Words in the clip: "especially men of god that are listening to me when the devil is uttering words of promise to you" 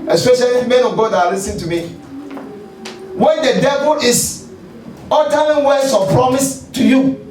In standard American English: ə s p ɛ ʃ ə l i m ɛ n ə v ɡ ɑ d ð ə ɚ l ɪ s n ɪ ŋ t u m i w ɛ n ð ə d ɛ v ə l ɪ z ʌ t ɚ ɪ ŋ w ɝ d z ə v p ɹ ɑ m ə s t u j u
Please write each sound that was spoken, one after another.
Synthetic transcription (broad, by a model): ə s p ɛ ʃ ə l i m ɛ n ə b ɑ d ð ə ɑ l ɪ s ɪ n t u m i w ɛ n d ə d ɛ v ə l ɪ s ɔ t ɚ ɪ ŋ w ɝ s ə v p ɹ ɑ m ə s t u j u